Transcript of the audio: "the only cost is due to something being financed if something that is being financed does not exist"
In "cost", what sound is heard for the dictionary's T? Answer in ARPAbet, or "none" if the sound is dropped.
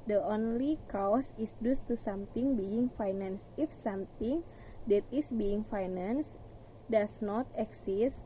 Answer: none